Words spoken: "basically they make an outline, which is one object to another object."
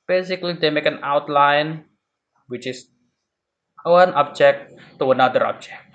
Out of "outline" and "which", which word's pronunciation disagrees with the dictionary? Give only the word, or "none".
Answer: none